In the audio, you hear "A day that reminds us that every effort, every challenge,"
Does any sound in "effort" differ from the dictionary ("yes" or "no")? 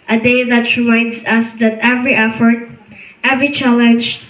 no